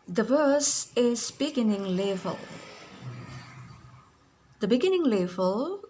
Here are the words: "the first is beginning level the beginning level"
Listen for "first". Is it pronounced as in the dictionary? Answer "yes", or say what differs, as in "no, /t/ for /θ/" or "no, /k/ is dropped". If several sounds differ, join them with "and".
no, /t/ is dropped